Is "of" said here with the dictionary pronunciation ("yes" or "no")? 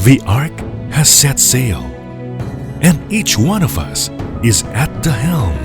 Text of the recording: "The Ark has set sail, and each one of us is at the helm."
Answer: yes